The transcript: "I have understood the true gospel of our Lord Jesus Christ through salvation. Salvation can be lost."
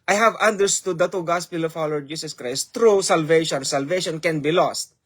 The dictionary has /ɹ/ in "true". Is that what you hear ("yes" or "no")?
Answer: no